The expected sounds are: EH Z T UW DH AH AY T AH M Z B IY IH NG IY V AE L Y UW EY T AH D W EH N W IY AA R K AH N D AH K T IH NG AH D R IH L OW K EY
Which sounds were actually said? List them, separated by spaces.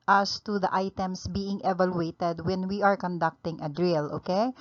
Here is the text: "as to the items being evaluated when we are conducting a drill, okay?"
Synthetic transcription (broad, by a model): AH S T UW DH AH AY T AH M S B IY IH NG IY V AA L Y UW EY T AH D W EH N W IY AA R K AH N D AH K T IH NG AH D R IH L OW K EY